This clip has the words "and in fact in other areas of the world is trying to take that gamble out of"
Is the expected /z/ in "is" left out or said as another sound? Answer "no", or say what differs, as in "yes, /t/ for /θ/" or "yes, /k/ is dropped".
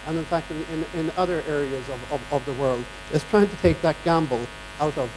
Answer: yes, /s/ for /z/